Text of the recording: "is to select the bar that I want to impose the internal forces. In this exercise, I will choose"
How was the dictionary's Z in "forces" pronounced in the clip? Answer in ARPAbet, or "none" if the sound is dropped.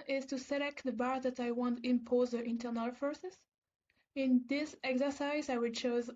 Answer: S